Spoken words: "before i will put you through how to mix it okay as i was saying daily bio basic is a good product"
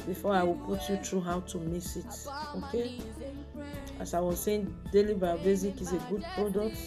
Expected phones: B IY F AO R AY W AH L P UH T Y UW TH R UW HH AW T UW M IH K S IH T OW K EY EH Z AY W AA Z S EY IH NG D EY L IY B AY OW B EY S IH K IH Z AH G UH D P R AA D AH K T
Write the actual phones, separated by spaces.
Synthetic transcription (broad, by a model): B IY F AO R AY W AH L P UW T Y UW T R UW HH AW T UW M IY S IH T OW K EY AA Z AY W AA Z S EY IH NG D EY L IY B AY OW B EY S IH K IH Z AH G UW D P R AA D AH K T